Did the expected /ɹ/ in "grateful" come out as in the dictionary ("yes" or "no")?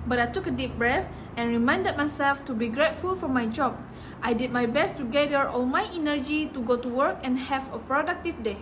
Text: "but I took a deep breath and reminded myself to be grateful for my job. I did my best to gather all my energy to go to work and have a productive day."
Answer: yes